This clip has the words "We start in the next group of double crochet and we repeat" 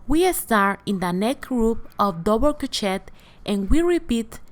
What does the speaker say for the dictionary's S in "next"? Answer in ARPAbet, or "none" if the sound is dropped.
none